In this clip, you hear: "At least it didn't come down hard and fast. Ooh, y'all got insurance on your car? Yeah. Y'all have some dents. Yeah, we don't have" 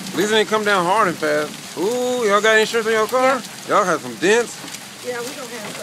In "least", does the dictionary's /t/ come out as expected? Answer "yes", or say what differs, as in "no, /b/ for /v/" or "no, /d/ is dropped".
no, /t/ is dropped